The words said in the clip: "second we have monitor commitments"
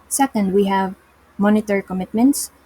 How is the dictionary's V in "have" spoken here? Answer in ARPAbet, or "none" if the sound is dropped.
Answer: V